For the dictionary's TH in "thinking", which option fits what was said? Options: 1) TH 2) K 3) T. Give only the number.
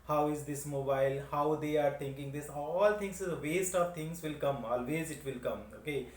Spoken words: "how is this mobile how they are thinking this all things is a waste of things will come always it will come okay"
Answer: 3